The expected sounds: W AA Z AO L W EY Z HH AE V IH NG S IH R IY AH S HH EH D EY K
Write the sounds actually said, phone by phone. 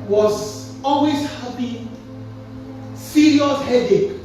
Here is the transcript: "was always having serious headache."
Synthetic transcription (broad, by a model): W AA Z AO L W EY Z HH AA P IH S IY L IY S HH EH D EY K